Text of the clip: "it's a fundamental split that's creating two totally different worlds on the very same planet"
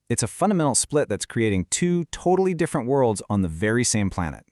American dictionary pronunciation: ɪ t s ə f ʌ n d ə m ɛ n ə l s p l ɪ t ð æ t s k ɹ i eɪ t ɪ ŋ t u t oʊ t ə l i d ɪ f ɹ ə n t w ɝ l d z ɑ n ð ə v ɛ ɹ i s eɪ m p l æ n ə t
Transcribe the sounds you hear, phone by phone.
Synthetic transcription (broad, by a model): ɪ t s ə f ʌ n d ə m ɛ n l s p l ɪ t ð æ t s k ɹ i eɪ t ɪ ŋ t u t oʊ t l i d ɪ f ɹ ə n t w ɝ l d z n ð ə v ɛ ɹ i s eɪ m p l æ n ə t